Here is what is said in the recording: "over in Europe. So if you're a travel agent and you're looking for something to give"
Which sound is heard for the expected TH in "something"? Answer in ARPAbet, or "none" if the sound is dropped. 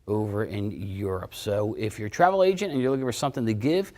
TH